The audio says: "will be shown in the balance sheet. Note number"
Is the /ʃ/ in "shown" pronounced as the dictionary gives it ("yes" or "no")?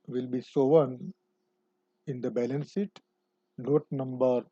no